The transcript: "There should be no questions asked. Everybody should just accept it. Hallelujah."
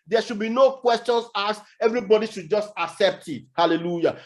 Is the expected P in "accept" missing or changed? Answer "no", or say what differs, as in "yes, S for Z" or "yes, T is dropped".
no